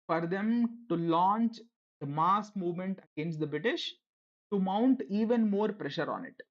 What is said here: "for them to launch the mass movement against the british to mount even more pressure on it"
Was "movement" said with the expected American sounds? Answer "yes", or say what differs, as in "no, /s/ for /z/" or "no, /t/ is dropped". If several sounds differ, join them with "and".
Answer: yes